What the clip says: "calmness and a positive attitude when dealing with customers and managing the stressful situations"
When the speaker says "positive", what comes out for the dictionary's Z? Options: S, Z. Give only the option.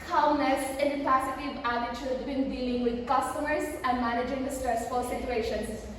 S